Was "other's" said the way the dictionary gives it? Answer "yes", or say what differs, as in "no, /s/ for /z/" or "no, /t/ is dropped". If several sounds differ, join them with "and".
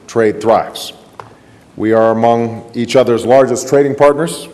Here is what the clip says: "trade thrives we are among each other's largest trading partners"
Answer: yes